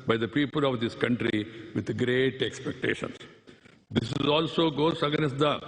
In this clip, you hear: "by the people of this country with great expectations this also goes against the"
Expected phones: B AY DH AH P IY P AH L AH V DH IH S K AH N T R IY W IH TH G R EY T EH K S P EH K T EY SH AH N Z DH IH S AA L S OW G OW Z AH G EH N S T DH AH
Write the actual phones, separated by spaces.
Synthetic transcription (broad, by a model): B AY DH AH P IY P AH L AH V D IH S K AH N T R IY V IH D G R EY T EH K S P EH K T EY SH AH N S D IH S AA L S OW G OW S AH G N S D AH